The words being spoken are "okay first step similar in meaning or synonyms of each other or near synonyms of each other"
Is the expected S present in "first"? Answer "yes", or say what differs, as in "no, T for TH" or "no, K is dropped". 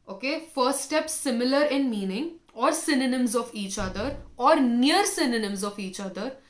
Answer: no, S is dropped